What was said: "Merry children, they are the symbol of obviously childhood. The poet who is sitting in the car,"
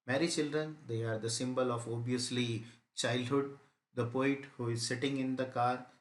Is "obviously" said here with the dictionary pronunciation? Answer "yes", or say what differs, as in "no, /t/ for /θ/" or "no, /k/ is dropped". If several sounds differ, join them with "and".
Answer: no, /v/ is dropped